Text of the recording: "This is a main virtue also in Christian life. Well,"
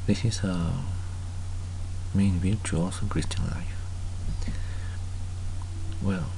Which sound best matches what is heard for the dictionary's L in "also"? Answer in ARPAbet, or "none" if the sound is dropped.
none